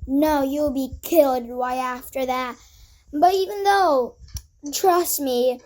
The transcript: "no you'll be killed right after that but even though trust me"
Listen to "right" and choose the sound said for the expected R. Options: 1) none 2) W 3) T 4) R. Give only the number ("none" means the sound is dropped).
2